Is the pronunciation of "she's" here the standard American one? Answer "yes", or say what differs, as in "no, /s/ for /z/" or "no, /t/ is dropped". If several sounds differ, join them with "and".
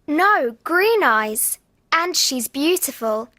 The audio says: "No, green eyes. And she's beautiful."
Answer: yes